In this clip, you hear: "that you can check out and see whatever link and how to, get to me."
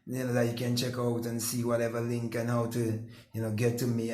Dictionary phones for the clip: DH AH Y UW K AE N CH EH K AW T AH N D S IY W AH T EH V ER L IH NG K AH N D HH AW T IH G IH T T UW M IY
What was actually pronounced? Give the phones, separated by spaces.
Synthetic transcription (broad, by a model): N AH Y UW K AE N CH EH K AW T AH N S IY W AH T EH V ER L IH NG K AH N HH AW T IH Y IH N T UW M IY